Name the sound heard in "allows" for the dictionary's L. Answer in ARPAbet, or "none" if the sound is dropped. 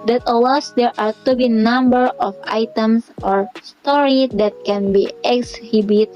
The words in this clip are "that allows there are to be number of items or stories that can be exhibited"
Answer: W